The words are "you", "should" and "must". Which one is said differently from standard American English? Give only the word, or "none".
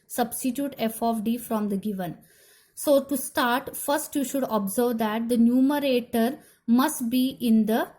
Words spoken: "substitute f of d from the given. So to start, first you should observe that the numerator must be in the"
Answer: none